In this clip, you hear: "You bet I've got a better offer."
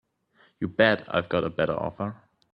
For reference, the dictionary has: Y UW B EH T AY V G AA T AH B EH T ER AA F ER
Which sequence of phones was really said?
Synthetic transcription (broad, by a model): Y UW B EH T AY V G AA T AH B EH T ER AA F ER